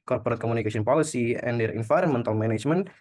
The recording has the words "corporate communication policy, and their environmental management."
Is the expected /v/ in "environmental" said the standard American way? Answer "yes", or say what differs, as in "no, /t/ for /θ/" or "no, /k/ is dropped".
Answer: no, /f/ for /v/